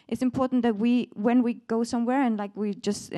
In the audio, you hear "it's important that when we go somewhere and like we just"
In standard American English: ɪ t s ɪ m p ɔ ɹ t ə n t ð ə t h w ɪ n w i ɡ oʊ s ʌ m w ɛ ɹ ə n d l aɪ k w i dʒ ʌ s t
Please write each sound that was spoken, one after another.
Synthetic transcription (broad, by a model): ɪ t s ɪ m p ɔ ɹ t n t ð ə t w w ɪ n w i ɡ oʊ s ʌ m w ɛ ɹ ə n l aɪ k w i dʒ ʌ s t